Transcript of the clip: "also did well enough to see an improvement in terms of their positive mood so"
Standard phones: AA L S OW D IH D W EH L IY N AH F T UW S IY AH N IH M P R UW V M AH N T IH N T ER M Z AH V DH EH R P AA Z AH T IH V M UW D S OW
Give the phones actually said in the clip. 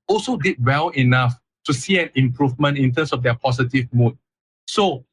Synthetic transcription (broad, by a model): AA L S OW D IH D W EH L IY N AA F T UW S IY AH N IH M P R UW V M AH N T IH N T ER M S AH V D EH P AA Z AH T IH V M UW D S OW